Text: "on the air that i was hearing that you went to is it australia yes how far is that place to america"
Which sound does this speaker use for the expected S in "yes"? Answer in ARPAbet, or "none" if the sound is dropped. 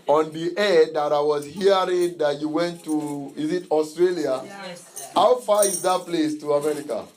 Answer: none